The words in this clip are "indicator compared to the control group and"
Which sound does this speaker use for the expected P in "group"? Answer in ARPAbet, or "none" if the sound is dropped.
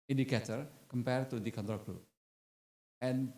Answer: none